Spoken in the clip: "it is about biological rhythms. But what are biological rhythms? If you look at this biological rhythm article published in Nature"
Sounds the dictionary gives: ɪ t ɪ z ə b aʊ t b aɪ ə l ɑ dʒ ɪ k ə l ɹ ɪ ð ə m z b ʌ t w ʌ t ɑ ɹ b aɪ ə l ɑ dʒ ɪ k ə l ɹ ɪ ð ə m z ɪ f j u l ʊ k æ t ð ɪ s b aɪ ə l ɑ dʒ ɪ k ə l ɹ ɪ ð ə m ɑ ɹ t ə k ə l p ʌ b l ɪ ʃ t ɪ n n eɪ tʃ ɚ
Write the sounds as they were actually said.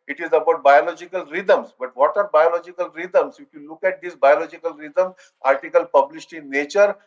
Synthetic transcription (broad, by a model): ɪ t ɪ z ə b aʊ t b aɪ ə l ɑ dʒ ɪ k ə l ɹ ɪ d ə m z b ʌ t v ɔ t ɑ ɹ b aɪ ə l ɑ dʒ ɪ k ə l ɹ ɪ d ə m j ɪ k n l ʊ k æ t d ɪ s b aɪ ə l ɑ dʒ ɪ k ə l ɹ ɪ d ə m ɑ ɹ t ə k ə l p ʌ b l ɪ s t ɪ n n eɪ tʃ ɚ